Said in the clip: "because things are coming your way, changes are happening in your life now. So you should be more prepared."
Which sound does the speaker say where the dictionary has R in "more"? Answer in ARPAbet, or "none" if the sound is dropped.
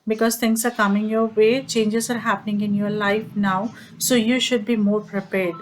R